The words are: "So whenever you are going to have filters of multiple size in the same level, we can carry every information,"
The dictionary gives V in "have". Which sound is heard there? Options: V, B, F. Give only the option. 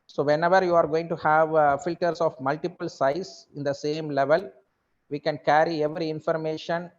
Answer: V